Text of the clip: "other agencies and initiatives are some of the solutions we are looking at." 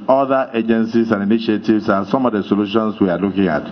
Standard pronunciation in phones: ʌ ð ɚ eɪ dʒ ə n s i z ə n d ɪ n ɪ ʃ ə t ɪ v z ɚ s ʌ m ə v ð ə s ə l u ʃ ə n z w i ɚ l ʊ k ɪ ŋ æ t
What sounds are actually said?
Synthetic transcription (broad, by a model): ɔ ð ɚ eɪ dʒ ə n s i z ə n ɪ n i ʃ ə t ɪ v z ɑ s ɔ m ə v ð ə s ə l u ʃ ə n s w i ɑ l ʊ k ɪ ŋ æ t